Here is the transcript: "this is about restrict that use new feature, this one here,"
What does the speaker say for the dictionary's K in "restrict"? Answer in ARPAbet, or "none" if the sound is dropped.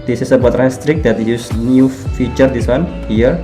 K